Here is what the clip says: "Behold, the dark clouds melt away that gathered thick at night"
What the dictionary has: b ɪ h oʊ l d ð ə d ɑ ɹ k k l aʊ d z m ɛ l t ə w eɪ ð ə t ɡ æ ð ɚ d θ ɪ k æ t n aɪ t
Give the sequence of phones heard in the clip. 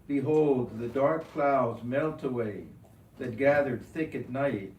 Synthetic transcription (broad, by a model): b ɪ h oʊ l d ð ə d ɑ ɹ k k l aʊ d z m ɛ l t ə w eɪ ð ə t ɡ æ ð ɚ d θ ɪ k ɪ t n aɪ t